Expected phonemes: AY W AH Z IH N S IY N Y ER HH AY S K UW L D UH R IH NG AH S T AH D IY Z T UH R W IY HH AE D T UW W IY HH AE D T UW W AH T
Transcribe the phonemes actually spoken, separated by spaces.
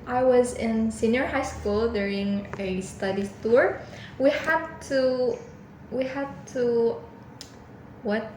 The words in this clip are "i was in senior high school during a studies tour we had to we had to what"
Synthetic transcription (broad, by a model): AY W AH Z IH N S IY N Y ER HH AY S K UW L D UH R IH NG AH S T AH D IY T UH R W IY HH AE D T UW W IY HH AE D T UW W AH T